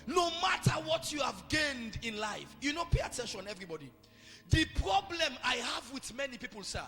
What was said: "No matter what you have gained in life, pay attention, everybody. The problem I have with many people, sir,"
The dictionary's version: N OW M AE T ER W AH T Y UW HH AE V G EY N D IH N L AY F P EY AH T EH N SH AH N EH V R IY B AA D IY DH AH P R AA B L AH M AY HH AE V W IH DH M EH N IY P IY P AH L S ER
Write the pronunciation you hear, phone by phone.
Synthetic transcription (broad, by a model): N OW M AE T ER W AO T Y UW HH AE V G EY N D IH N L AY F P EY AH T EH N SH AH N EH V R IY B AA D IY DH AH P R AA B L AH M AY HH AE V W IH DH M EH N IY P IY P AH L S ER